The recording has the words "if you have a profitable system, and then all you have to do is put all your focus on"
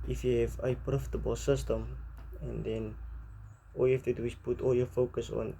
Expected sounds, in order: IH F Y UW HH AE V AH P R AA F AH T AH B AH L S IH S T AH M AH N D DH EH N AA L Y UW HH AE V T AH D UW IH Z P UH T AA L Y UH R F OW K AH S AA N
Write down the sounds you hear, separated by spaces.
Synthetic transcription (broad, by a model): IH F Y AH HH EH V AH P R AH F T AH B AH S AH S T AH M AH N D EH N AA L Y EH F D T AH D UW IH S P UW T AA L Y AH F OW K AH S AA N